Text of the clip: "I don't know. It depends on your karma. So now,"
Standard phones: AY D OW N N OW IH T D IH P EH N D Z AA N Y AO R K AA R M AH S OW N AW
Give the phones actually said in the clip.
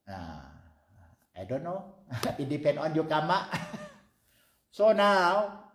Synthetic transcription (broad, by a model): AY D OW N N OW IH T D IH P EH N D AA N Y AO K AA M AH S OW N AW